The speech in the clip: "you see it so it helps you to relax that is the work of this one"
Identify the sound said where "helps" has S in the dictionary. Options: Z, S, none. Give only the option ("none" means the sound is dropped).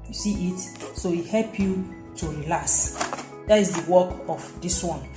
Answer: none